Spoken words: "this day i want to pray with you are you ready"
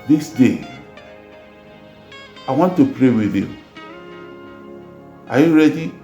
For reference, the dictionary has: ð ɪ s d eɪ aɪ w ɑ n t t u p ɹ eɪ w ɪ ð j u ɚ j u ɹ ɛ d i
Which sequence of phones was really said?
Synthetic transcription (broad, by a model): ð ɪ s d eɪ aɪ w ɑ n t t u p ɹ eɪ w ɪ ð j u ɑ j u ɹ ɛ d i